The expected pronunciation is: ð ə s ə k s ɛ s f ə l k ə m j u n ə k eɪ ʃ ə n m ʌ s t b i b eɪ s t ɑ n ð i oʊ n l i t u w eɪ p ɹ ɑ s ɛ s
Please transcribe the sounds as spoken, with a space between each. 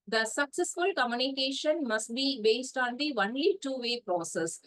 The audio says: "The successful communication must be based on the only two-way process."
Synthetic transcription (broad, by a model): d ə s ə k s ɛ s f ə l k ə m j u n ə k eɪ ʃ ə n m ʌ s t b i b eɪ s t ɑ n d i oʊ n l i t u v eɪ p ɹ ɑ s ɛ s